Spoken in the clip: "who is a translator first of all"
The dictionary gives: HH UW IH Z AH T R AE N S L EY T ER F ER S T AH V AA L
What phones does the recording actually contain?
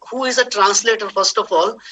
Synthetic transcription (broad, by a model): HH UW IH Z AH T R AE N S L EY T ER F ER S T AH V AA L